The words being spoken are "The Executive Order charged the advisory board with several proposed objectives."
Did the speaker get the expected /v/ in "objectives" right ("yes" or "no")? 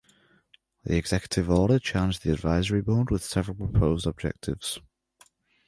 yes